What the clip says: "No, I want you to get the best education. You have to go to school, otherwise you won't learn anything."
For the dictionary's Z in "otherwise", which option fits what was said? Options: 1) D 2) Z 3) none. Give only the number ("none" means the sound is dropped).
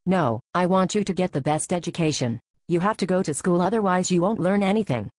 2